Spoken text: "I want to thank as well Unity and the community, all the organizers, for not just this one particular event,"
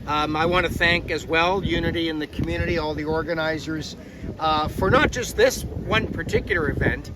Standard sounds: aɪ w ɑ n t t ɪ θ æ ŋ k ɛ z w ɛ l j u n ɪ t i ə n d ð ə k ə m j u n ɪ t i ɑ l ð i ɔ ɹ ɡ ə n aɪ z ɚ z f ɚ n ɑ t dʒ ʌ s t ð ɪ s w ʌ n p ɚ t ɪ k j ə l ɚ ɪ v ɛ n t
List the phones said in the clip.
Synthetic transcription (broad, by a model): aɪ w ɑ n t t ɪ θ æ ŋ k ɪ z w ɛ l j u n ɪ t i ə n ð ə k m j u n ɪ t i ɑ l ð i ɔ ɹ ɡ ə n aɪ z ɚ z f ɚ n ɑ t dʒ ʌ s t ð ɪ s w ʌ n p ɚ t ɪ k j l ɚ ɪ v ɛ n t